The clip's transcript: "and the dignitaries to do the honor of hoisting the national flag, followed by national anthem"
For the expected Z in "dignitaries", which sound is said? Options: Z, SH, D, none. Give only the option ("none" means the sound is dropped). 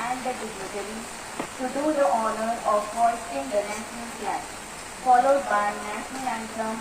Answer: none